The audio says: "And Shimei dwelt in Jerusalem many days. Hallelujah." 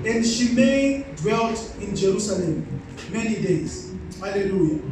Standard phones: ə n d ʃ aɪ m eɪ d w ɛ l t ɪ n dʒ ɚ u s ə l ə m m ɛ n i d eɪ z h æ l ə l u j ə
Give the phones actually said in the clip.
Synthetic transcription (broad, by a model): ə n d ʃ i m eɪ d w ɛ l t ɪ n dʒ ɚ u s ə l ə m m ɛ n i d eɪ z h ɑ l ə l u j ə